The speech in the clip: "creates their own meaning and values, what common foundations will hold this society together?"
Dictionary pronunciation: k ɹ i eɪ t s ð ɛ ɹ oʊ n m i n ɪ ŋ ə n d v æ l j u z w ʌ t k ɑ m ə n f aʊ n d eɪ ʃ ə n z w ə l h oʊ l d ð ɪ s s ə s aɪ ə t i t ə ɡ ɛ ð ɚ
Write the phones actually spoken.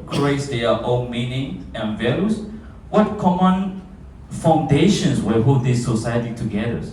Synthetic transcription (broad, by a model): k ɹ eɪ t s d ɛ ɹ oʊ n m i n ɪ ŋ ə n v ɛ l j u s w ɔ t k ɑ m ə n f aʊ n d eɪ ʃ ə n s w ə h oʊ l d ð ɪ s s ə s aɪ ə t i t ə ɡ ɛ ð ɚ